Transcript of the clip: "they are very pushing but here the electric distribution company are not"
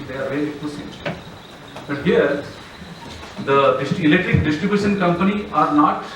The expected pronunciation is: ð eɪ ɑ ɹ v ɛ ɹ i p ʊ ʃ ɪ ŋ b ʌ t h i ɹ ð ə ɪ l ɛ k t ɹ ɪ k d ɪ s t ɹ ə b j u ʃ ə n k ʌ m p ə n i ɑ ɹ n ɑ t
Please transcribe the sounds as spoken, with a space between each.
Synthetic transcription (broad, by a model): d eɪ ɑ ɹ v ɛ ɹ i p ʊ s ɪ b ʌ t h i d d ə ɪ l ɛ k t ɹ ɪ k d ɪ s t ɹ ə b j u ʃ ə n k ʌ m p ə n i ɑ ɹ n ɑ t